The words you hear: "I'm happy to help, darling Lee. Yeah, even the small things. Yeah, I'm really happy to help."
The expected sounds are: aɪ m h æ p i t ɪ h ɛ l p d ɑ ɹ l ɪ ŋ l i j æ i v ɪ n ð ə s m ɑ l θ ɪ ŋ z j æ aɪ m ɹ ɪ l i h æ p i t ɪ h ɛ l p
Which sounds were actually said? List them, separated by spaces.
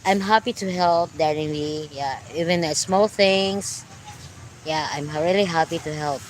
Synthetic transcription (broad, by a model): aɪ m h æ p i t ɪ h ɛ l p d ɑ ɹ ɪ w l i j æ i v ɪ n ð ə s m ɑ l θ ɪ ŋ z j æ aɪ m ɹ ɪ l i h æ p i t ɪ h ɛ l p